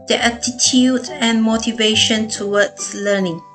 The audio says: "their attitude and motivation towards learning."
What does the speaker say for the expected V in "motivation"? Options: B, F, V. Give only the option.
V